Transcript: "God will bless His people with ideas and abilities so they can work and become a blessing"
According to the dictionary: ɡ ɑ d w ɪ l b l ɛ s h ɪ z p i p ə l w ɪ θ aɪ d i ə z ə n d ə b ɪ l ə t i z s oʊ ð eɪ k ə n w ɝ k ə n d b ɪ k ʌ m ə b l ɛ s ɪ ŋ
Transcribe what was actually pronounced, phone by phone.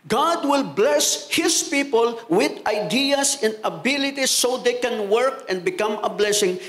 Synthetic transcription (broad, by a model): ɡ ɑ d w ɪ l b l ɛ s h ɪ s p i p ə l w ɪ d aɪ d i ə s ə n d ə b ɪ l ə t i s oʊ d eɪ k ə n w ɝ k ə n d b ɪ k ʌ m ə b l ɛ s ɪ ŋ